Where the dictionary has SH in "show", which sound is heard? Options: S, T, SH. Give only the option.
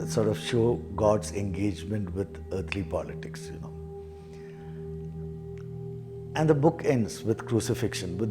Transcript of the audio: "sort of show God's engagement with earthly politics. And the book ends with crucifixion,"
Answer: SH